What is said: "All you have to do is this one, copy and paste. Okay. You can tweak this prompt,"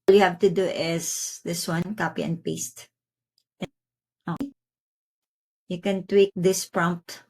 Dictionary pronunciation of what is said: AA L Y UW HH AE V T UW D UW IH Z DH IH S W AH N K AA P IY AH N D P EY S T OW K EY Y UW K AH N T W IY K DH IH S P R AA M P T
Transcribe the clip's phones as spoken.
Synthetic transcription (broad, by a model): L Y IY HH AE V T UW D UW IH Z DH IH S W AH N K AA P IY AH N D P EY S T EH AO Y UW K AH N T W IY K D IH S P R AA M P T